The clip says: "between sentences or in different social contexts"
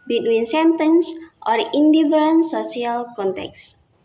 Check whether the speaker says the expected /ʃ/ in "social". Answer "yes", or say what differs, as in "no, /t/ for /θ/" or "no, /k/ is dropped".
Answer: no, /ʃ/ is dropped